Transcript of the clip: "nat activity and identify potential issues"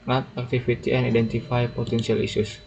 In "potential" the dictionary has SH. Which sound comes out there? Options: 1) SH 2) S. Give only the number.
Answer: 2